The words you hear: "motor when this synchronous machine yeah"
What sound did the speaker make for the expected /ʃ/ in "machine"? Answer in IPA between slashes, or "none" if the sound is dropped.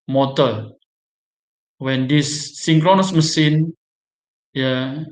/s/